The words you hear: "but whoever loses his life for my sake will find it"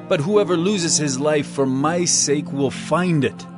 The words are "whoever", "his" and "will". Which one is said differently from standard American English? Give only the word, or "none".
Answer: none